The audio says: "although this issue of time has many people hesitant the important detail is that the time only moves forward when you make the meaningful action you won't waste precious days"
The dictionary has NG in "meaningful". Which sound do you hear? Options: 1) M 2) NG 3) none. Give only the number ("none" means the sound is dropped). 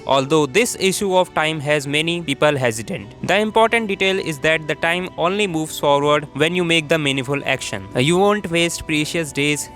3